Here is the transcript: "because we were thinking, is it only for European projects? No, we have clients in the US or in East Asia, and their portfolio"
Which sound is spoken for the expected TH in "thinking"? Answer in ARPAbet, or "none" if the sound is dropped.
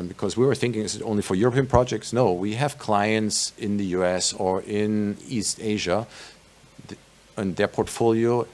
TH